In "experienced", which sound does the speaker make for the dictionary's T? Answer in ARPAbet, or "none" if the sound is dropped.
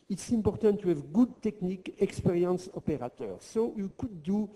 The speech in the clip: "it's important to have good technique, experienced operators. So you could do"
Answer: none